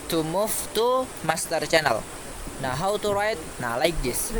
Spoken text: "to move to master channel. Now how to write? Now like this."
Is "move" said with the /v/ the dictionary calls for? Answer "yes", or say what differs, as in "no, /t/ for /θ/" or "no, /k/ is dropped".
no, /f/ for /v/